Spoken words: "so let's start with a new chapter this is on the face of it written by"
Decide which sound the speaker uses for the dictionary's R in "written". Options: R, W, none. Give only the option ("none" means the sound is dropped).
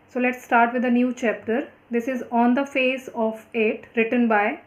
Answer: R